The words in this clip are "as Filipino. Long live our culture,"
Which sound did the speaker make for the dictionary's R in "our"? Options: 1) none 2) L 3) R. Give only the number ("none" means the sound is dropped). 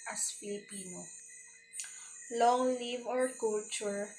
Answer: 3